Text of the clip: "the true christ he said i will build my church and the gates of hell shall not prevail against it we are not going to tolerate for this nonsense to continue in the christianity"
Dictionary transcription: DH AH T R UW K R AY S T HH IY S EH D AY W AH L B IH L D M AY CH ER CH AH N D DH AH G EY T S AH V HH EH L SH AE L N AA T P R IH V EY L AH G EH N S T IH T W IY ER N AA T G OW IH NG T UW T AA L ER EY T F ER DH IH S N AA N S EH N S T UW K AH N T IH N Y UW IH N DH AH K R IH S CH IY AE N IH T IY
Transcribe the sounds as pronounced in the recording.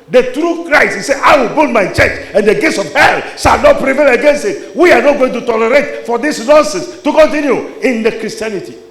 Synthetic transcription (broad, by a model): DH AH T R UW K R AY T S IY S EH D AY W AH L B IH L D M AY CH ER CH AH N D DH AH G EY T S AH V HH EH L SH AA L N AA T P R IH V EY L AH G EH N S T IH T W IY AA N AA T G OW IH NG T UW T AA L ER EY T F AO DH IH S N AA N S EH N S T UW K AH N T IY N Y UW IH N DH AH K R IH S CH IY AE N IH T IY